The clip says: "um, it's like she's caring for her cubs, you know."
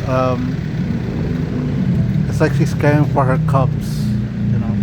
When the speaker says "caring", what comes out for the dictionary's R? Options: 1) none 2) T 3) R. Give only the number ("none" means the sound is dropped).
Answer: 1